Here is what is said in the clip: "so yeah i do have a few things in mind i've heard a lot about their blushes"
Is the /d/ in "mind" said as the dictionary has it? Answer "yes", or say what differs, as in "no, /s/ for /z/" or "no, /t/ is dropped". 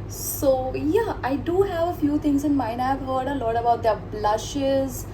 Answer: no, /d/ is dropped